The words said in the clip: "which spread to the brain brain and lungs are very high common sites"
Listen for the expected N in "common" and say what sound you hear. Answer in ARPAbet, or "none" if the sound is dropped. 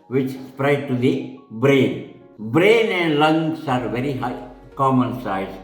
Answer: N